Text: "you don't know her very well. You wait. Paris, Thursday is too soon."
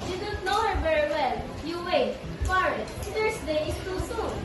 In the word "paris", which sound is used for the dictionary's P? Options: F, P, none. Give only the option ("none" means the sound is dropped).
F